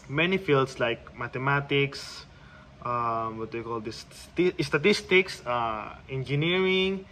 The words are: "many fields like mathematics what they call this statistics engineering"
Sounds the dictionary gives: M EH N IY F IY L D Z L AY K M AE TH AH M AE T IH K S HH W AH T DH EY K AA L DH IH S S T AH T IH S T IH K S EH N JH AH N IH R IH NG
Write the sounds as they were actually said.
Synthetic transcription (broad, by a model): M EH N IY F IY L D S L AY K M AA T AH M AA T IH K S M W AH T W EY K AA L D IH S S T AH T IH S T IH K S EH N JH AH N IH R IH NG